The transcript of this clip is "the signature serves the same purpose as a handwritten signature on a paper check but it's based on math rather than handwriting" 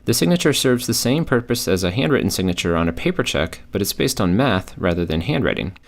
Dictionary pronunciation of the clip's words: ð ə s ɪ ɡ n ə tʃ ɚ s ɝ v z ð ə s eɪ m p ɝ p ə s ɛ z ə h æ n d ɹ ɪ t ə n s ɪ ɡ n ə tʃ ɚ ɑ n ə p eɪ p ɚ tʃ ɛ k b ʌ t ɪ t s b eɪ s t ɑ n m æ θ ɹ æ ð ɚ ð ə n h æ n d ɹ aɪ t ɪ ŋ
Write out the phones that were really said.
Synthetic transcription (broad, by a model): ð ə s ɪ ɡ n ə tʃ ɚ s ɝ v z ð ə s eɪ m p ɝ p ə s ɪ z ə h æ n d ɹ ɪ t n s ɪ ɡ n ə tʃ ɚ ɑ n ə p eɪ p ɚ tʃ ɛ k b ʌ t ɪ t s b eɪ s t n m æ θ ɹ æ ð ɚ ð ə n h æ n d ɹ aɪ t ɪ ŋ